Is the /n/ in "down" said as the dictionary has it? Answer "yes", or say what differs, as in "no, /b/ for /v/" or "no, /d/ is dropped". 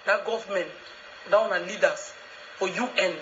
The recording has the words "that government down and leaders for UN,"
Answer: no, /n/ is dropped